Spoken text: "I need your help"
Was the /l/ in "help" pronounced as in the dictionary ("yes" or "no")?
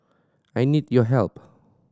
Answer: yes